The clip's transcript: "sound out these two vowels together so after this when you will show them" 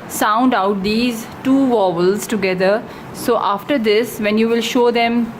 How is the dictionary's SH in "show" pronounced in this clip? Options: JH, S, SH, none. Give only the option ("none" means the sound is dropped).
SH